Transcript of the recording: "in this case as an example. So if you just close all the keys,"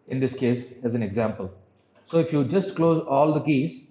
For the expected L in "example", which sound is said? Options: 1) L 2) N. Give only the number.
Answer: 1